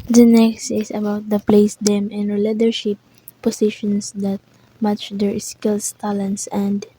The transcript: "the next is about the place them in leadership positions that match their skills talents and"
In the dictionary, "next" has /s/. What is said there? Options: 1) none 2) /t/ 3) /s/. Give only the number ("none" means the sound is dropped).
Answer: 3